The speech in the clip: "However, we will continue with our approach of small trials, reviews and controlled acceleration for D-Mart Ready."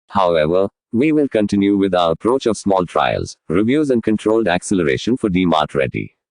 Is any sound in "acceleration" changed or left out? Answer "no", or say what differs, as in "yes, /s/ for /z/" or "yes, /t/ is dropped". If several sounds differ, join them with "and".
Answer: no